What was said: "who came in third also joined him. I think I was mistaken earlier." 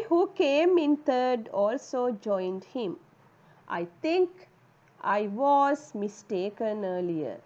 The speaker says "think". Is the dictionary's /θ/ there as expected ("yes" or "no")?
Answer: no